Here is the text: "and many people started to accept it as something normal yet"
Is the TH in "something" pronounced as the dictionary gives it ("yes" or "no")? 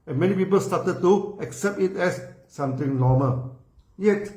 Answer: no